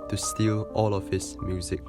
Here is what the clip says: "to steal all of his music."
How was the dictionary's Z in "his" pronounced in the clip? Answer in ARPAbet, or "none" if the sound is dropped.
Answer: S